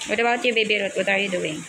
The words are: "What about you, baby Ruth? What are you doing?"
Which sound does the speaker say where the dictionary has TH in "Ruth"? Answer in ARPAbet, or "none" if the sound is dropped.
T